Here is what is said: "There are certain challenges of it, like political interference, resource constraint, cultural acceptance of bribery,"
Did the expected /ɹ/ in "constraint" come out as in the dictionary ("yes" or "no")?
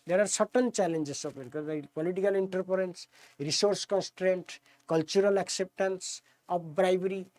yes